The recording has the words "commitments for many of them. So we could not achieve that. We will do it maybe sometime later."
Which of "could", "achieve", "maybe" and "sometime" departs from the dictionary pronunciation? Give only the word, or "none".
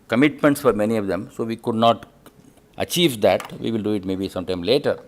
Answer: none